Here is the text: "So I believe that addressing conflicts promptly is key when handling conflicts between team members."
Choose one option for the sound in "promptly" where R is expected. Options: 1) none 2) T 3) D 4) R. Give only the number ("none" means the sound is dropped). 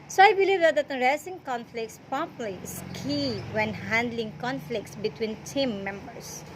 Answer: 1